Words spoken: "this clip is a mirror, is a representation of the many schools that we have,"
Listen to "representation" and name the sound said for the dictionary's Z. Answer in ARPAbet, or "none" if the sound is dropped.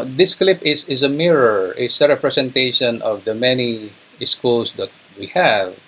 S